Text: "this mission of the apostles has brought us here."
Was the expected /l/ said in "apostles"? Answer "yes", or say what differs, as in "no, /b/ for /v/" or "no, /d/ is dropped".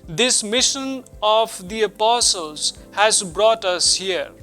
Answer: yes